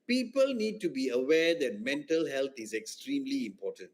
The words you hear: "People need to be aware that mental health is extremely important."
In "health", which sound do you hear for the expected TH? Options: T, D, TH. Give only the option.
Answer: T